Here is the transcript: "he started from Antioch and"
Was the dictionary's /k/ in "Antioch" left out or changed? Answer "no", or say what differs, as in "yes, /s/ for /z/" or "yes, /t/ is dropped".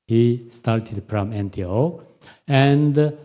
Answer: yes, /k/ is dropped